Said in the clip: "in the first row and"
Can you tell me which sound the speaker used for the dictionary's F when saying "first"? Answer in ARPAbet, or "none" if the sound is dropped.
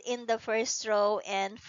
F